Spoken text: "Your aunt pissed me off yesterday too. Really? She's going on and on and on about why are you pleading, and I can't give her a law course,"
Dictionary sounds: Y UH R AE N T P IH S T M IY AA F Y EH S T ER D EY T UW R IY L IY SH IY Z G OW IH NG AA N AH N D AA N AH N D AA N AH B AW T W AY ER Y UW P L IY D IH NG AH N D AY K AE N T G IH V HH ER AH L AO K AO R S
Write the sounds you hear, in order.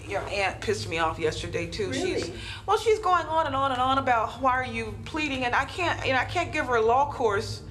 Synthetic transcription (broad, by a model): Y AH R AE N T P IH S T M IY AA F Y EH S T ER D EY T UW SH IY W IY SH IY Z G OW IH NG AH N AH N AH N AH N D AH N AH B AW T W AY ER Y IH P L IY D IH NG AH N AY K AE N T G IH V ER AH L AO K AO R S